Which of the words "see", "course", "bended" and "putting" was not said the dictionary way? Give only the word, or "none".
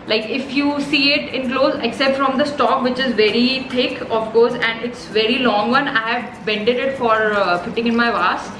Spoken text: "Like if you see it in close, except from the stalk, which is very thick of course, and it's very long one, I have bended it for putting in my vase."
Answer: putting